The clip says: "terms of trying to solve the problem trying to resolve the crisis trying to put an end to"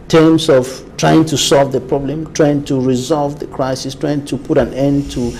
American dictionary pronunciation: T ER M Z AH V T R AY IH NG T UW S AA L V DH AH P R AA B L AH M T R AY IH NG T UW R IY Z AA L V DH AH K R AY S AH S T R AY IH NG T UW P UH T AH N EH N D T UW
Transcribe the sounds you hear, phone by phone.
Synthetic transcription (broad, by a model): T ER M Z AH V T R AY IH NG T UW S AA L V DH AH P R AA B L AH M T R AY IH NG T UW R IY Z AA L V DH AH K R AY S AH S T R AY IH NG T UW P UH T AH N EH N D T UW